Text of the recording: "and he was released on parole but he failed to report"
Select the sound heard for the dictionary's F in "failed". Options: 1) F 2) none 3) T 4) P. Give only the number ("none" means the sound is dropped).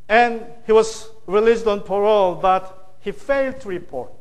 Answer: 1